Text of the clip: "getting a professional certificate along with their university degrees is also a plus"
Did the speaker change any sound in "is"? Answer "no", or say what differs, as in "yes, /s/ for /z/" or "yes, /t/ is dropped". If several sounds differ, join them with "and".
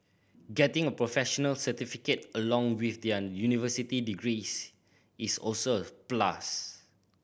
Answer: yes, /s/ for /z/